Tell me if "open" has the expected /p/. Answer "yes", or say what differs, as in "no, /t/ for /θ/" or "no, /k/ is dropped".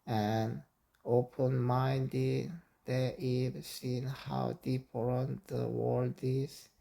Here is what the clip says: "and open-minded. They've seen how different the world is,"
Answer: yes